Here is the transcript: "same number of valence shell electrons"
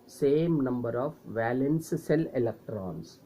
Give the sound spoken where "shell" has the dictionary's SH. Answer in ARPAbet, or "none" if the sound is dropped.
S